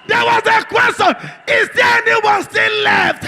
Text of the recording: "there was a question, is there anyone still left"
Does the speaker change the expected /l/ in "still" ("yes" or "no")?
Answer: yes